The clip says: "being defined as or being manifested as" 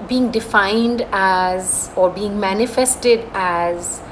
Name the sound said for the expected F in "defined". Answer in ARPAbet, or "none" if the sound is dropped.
F